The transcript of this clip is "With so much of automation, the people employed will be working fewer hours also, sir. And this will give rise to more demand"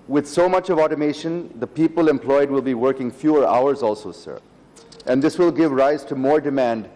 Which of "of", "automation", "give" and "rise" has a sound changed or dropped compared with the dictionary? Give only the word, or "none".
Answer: none